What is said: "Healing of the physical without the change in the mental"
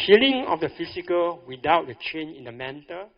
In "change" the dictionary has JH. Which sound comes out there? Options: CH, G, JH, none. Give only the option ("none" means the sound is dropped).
none